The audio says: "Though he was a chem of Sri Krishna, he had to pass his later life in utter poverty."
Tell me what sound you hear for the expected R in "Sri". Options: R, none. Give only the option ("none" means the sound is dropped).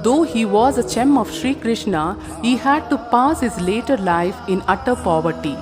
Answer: R